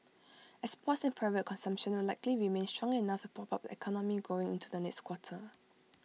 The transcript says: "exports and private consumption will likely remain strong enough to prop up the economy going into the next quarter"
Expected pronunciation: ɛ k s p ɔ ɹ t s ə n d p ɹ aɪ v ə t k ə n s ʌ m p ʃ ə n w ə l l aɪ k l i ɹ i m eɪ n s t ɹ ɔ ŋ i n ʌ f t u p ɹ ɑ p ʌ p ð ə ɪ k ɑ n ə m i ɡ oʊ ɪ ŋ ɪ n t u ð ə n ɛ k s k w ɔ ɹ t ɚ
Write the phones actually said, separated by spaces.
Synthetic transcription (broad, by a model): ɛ s p ɔ t s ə n p ɹ aɪ v ə t k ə n s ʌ m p ʃ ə n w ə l l aɪ k l i ɹ i m eɪ n s t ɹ ɔ ŋ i n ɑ f t u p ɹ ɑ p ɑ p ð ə ɪ k ɑ n ə m i ɡ oʊ ɪ ŋ ɪ n t u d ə n ɛ k s k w ɔ t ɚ